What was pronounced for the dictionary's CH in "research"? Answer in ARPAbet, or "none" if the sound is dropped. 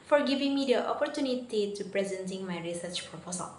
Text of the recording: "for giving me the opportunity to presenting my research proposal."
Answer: CH